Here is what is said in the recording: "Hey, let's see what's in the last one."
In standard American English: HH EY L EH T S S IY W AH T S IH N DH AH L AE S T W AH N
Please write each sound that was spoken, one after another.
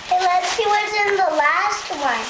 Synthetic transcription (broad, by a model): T L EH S SH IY W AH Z IH N DH AH L AE S T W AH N